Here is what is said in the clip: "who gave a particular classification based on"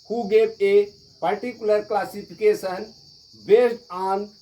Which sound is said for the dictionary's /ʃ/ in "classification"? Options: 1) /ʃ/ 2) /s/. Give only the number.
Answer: 2